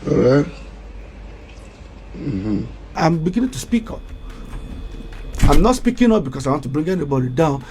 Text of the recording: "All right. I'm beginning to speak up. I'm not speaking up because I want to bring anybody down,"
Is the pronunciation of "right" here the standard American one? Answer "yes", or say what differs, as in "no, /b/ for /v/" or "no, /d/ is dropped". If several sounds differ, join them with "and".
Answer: no, /t/ is dropped